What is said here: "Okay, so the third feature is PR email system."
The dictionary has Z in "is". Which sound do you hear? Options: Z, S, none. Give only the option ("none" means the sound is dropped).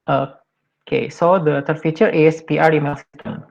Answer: S